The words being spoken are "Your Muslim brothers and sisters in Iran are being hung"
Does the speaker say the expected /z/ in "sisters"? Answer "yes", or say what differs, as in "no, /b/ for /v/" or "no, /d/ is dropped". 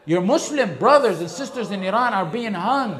yes